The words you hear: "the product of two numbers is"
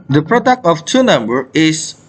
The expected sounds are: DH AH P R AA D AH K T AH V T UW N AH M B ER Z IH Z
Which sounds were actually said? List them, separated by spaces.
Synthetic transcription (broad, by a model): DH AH P R AA D AH K T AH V T UW N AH M B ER IH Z